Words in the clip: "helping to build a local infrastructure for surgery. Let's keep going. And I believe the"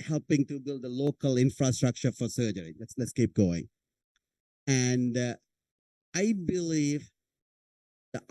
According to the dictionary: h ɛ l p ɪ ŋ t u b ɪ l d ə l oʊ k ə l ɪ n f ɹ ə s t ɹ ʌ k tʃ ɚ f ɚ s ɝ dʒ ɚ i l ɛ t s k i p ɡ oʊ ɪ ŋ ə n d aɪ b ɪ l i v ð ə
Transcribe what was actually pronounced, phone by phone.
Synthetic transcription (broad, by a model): h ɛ l p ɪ ŋ t u b ɪ l d ə l oʊ k ə l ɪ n f ɹ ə s t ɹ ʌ k tʃ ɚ f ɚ s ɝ dʒ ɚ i l ɛ t s k i p ɡ oʊ ɪ ŋ ə n d aɪ b ɪ l i v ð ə